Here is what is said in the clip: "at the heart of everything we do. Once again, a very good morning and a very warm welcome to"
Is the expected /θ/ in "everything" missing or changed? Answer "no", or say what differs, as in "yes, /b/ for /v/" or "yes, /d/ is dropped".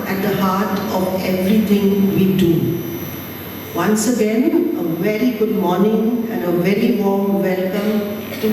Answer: yes, /t/ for /θ/